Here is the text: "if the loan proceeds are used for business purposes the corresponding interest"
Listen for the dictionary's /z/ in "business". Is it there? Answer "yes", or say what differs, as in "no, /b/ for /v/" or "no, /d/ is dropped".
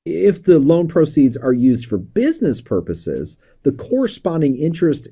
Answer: yes